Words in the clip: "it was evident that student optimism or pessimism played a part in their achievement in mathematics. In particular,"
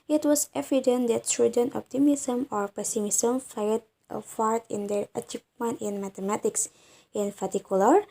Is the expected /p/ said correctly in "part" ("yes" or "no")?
no